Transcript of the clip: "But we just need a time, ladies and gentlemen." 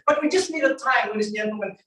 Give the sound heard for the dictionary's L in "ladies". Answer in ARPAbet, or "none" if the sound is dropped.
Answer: W